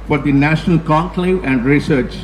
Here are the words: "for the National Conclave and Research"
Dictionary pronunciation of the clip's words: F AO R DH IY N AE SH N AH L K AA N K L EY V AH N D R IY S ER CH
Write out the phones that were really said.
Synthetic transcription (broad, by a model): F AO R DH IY N AE SH N AH L K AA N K L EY AH N D R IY S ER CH